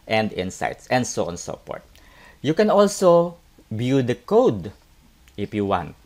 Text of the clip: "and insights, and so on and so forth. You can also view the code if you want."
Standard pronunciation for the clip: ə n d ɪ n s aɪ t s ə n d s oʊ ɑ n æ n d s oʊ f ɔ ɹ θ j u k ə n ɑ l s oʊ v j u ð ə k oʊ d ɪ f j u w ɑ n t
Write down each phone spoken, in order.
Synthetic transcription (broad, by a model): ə n d ɪ n s aɪ t s ə n d s oʊ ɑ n n s oʊ p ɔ ɹ t j u k ə n ɑ l s oʊ b j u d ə k oʊ d ɪ f j u w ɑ n t